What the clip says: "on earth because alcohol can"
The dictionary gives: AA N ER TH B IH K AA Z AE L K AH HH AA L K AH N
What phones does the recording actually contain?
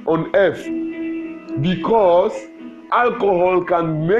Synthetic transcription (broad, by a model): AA N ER F B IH K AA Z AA L K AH HH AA L K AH N